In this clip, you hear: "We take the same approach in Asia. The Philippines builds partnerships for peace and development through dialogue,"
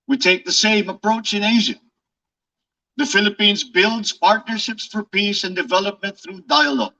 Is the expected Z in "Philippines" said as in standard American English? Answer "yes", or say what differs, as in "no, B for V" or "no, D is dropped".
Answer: yes